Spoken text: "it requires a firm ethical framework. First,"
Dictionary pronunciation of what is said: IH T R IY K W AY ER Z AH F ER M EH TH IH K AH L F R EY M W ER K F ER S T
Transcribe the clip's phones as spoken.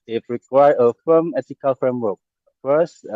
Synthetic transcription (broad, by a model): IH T R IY K W AY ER AH F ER M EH T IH K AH L F R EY M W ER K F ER S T